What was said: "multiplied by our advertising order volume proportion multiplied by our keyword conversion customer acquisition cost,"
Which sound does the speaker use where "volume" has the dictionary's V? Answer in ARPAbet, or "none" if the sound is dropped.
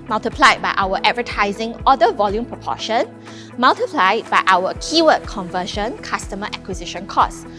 V